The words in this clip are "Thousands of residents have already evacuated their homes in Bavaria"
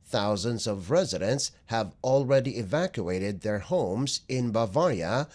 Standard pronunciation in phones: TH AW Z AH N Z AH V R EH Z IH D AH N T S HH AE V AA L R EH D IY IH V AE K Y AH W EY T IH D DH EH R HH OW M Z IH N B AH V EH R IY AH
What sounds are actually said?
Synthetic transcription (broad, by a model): TH AW Z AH N Z AH V R EH Z IH D AH N T S HH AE V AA L R EH D IY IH V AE K Y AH EY T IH D DH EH R HH OW M Z IH N B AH V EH R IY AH